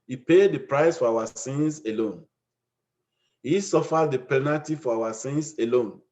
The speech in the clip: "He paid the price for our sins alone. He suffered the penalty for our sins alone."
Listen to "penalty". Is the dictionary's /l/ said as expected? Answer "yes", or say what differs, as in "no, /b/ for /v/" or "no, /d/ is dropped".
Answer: no, /l/ is dropped